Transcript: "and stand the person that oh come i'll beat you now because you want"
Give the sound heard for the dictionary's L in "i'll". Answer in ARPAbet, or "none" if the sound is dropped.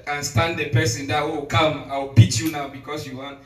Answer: W